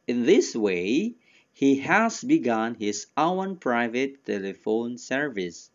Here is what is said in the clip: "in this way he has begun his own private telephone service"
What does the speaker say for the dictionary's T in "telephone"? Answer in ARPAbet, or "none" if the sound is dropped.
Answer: T